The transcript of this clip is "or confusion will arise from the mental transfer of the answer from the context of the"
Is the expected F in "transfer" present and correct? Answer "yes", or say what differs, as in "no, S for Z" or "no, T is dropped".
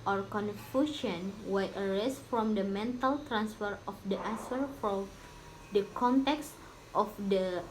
yes